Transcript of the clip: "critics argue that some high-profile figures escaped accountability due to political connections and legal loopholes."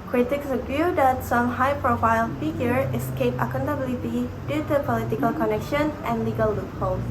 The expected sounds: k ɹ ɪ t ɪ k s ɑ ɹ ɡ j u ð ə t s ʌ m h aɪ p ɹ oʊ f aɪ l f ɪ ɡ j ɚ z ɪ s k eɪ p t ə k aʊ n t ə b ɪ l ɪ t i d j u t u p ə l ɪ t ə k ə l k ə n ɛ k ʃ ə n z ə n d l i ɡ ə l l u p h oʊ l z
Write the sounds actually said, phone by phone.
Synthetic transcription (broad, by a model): k ɹ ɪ t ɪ k s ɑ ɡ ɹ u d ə t s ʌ m h aɪ p ɹ oʊ f aɪ l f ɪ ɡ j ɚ ɪ s k eɪ p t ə k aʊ n t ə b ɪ l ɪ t i d j u t u p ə l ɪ t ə k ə l k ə n ɛ k ʃ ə n ə n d l i ɡ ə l l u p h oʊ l